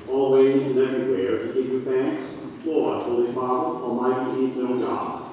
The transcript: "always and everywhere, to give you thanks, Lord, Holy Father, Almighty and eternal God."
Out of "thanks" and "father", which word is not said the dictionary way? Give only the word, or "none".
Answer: none